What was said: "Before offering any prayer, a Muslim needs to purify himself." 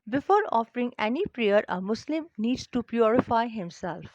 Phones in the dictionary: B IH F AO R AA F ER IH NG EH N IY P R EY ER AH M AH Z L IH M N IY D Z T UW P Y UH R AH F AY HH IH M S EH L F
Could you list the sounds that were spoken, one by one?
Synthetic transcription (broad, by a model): B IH F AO R AA F ER IH NG EH N IY P R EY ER AH M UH S L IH M N IY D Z T UW P Y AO R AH F AY HH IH M S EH L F